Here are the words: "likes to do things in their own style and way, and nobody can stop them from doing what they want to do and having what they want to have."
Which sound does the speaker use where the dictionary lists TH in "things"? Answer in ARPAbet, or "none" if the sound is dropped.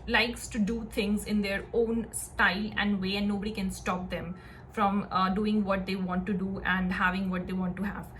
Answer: T